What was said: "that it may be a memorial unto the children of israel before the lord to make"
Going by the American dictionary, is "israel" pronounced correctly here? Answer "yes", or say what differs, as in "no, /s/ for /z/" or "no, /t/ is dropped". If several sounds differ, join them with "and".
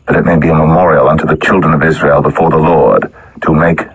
yes